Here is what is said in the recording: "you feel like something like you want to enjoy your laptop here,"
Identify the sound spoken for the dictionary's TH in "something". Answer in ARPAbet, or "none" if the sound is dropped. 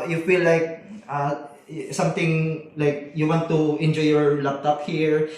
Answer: T